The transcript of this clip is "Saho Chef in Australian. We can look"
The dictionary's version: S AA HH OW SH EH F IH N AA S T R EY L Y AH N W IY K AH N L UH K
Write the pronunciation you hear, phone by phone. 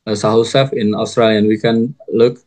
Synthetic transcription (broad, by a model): S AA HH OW S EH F IH N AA S T R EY L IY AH N W IY K AH N L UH K